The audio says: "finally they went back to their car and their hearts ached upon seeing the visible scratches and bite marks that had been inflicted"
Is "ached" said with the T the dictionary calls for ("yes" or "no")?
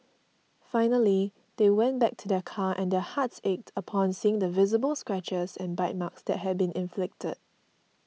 yes